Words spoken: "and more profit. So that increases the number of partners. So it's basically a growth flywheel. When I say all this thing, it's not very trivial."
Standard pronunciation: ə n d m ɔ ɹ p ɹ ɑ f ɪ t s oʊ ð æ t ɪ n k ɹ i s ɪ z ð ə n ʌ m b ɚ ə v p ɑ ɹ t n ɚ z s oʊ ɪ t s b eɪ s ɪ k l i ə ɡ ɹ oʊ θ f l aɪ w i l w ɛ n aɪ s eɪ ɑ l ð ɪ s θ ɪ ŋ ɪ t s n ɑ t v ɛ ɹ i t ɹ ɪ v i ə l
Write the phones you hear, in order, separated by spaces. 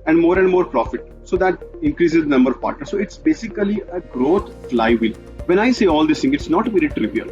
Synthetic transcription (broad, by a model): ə n d m ɔ ɹ p ɹ ɑ f ɪ t s oʊ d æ t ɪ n k ɹ i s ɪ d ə n ʌ m b ɚ ə v p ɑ ɹ t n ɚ s oʊ ɪ t s b eɪ s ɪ k l i ə ɡ ɹ oʊ t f l aɪ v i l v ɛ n aɪ s eɪ ɑ l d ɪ s t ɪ ŋ ɪ t s n ɑ t v ɛ ɹ i t ɹ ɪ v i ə l